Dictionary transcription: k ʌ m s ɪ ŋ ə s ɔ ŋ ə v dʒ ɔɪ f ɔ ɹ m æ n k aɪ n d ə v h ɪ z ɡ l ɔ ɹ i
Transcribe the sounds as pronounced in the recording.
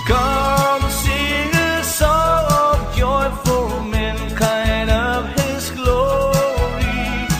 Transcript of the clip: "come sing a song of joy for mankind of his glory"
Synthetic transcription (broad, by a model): k ʌ m s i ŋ ə s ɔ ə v dʒ ɔɪ f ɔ l m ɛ n k aɪ n d ə v ɪ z ɡ l ɔ ɹ i